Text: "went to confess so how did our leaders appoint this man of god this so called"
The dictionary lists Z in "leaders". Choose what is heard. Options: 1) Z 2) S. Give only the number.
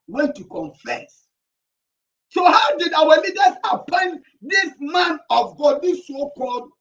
2